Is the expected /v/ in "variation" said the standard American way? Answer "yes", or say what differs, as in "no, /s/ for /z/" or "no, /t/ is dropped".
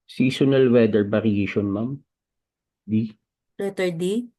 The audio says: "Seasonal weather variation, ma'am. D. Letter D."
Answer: no, /b/ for /v/